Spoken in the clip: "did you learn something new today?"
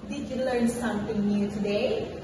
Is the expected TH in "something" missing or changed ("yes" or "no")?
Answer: yes